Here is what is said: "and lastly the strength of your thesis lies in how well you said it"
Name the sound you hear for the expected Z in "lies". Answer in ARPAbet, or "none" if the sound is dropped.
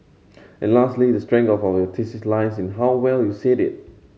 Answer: S